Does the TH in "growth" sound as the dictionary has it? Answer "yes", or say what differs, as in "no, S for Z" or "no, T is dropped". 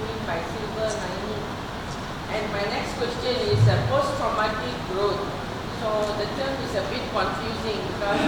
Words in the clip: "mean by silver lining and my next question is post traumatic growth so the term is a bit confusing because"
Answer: no, T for TH